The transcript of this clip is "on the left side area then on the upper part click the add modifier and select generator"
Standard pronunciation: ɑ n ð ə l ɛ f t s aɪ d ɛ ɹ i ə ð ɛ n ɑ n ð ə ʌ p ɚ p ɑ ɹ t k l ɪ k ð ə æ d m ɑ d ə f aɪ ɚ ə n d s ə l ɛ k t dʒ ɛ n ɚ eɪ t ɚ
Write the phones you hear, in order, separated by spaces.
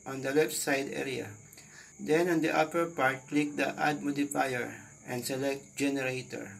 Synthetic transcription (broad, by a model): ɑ n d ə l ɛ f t s aɪ d ɛ ɹ i ə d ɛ n ɑ n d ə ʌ p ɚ p ɑ ɹ t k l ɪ k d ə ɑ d m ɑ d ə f aɪ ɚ ə n d s ə l ɛ k t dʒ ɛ n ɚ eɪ t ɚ